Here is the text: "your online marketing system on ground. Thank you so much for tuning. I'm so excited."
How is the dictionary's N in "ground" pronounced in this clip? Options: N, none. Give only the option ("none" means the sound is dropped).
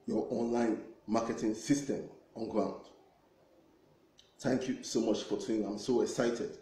N